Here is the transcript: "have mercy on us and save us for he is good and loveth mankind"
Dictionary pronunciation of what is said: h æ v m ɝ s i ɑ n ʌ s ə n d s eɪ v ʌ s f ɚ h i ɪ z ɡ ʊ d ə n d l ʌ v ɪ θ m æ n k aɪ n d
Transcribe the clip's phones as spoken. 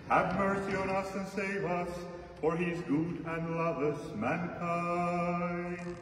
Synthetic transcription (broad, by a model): h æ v m ɝ s i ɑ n ʌ s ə n s eɪ v ʌ s f ɚ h i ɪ z ɡ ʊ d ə n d l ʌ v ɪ s m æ n k aɪ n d